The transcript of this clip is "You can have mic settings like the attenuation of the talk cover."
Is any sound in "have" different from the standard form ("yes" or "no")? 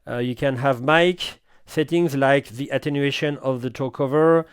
no